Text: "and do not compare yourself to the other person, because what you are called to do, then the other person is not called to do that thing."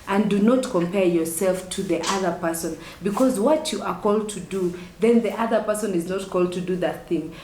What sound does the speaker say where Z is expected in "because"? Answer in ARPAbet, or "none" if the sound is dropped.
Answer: Z